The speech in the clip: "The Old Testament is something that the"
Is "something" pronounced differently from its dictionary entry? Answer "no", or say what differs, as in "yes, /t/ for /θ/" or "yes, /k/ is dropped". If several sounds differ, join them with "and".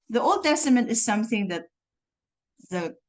no